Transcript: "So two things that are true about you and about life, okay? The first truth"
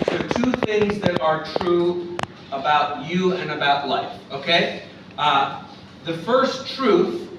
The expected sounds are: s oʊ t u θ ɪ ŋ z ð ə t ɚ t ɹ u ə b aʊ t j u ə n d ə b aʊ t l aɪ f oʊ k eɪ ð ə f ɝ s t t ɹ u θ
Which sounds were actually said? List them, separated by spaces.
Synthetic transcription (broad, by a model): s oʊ t u θ ɪ ŋ z ð ə t ɚ t ɹ u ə b aʊ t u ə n ə b aʊ t l aɪ f oʊ k eɪ ð ə f ɝ s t t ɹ u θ